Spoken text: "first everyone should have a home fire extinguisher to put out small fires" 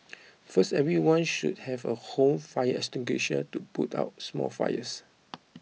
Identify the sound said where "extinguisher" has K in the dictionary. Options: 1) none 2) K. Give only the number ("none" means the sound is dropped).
1